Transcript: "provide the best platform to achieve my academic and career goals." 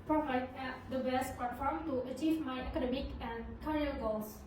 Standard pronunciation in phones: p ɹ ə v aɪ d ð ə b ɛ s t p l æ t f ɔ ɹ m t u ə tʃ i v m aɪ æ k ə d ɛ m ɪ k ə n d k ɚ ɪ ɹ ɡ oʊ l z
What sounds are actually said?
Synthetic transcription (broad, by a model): p ɹ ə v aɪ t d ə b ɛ s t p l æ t f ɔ ɹ m t u ə tʃ i v m aɪ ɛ k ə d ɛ m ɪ k ə n d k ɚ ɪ l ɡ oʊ l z